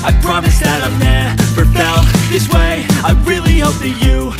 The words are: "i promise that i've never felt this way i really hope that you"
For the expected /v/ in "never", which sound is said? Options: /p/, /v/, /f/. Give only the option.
/f/